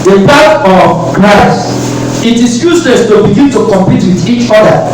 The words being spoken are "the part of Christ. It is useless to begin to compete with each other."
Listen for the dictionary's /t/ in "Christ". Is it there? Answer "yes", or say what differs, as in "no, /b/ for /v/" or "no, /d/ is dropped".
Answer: no, /t/ is dropped